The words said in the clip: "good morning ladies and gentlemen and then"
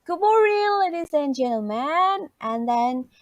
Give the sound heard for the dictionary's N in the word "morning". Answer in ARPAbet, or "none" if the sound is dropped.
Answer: none